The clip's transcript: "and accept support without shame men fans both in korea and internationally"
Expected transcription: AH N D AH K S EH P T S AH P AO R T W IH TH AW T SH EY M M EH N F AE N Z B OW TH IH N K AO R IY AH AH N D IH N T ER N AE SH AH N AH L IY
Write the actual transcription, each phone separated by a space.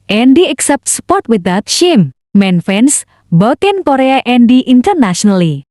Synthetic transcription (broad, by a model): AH N D AH K S EH P T S AH P AO R T W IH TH AW T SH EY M M EH N F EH N S B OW T IH N K AO R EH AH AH N D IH N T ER N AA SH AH N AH L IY